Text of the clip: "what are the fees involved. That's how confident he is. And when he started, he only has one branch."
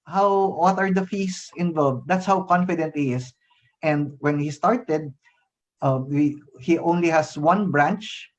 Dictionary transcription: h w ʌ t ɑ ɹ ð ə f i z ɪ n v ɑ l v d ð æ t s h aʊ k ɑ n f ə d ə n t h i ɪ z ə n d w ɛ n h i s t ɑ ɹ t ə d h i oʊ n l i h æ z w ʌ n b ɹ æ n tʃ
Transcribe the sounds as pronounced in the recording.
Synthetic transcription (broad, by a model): h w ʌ t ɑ ɹ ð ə f i s ɪ n v ɑ l v d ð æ t s h aʊ k ɑ n f ə d ə n t h i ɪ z ə n d w ɛ n h i s t ɑ ɹ t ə d h i oʊ n l i h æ s w ʌ n b ɹ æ n tʃ